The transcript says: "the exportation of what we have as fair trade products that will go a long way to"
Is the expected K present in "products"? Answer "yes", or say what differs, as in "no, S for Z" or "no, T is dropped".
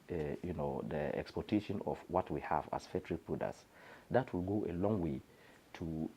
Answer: no, K is dropped